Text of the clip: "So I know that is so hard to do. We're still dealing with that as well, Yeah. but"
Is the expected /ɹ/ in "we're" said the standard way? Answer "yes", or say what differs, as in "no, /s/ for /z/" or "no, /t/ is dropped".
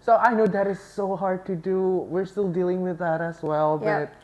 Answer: yes